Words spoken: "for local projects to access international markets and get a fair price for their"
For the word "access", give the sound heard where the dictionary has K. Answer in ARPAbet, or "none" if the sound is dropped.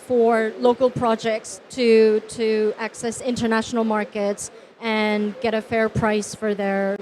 K